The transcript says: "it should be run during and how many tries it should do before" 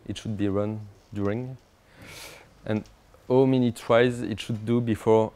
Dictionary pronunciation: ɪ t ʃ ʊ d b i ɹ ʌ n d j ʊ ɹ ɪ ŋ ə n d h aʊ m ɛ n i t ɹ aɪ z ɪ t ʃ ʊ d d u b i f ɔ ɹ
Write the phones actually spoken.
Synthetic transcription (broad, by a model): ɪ t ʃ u d b i ɹ ʌ n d j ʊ ɹ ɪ ŋ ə n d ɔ m ɛ n i t w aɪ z ɪ t ʃ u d d u b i f ɔ ɹ